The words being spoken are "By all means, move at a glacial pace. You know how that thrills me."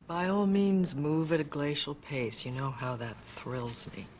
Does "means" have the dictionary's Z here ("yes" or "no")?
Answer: yes